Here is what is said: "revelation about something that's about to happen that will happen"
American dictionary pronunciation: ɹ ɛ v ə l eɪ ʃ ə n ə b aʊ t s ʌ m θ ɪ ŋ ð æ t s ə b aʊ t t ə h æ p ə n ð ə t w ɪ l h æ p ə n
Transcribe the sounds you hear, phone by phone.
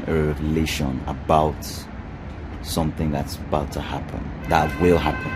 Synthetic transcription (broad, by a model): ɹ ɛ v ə l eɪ ʃ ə n ə b aʊ t s ʌ m θ ɪ ŋ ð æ t s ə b aʊ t t ə h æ p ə n ð ə t w ɪ l h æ p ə n